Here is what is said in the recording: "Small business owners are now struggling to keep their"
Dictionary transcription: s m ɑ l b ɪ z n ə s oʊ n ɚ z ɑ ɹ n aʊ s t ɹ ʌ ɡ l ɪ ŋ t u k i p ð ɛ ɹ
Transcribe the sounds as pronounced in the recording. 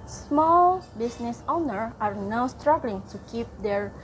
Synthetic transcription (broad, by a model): s m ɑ l b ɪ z n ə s oʊ n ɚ ɑ ɹ n aʊ s t ɹ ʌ ɡ l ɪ ŋ t u k i p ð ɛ ɹ